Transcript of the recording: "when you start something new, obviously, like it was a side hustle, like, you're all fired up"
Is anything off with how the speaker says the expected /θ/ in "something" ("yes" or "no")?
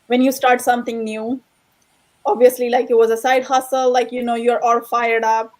yes